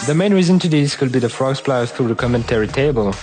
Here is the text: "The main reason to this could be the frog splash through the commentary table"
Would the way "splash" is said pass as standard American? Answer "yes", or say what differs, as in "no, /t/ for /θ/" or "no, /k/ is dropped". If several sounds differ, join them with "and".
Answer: no, /s/ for /ʃ/